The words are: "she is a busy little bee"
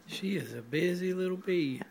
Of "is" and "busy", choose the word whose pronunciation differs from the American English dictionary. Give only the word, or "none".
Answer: none